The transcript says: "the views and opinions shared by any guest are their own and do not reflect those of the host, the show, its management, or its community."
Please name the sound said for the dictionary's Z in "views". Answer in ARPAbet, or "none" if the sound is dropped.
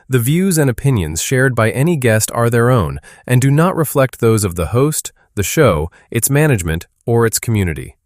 Z